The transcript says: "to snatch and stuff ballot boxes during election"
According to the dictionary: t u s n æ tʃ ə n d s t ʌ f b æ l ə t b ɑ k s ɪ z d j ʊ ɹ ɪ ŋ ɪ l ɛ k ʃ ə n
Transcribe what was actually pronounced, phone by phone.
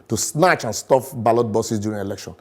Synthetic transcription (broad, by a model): t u s n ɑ tʃ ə n s t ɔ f b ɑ l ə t b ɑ s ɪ s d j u ɹ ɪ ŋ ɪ l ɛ k ʃ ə n